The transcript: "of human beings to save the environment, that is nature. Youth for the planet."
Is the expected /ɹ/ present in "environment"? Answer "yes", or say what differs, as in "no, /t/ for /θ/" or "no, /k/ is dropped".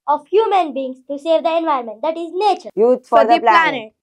no, /ɹ/ is dropped